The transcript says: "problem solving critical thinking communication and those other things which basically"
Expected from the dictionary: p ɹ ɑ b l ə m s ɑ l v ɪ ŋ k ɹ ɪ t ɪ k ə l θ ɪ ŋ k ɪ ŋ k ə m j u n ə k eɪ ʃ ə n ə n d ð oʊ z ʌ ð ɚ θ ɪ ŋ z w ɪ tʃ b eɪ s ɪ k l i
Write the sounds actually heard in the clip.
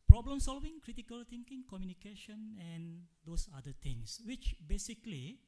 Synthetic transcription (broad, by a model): p ɹ ɑ b l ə m s ɑ l v ɪ ŋ k ɹ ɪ t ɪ k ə l t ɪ ŋ k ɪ ŋ k ə m j u n ə k eɪ ʃ ə n ə n d oʊ s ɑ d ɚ t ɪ ŋ s w ɪ tʃ b eɪ s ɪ k l i